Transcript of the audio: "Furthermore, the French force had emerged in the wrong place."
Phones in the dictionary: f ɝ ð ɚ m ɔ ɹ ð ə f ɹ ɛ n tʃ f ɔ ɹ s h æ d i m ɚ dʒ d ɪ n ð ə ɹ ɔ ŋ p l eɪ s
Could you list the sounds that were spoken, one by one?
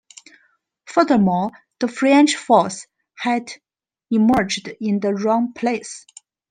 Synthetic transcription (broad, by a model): f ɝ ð ɚ m ɔ l ð ə f ɹ ɛ n tʃ f ɔ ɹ s h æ d i m ɚ dʒ d ɪ n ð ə ɹ ɔ ŋ p l eɪ s